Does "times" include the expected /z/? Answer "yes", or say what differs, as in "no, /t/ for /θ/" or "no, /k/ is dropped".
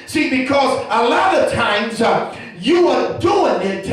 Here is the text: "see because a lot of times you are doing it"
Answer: yes